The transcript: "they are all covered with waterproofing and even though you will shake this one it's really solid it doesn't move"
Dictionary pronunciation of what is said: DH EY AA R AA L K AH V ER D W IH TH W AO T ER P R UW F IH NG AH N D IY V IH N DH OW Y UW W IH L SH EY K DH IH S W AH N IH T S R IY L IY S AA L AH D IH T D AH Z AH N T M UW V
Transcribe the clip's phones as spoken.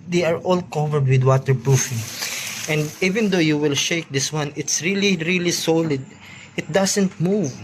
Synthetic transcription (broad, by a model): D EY AA R AA L K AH V ER D W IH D W AO T ER P R UW F IH NG AH N D IY V IH N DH OW Y UW W IH L SH EY K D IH S W AH N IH T S R IY L IY S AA L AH D IH T D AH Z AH N T M UW V